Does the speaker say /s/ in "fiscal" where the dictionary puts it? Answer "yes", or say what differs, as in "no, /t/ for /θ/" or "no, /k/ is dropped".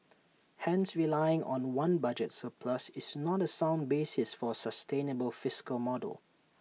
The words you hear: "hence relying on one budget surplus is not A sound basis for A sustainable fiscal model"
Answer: yes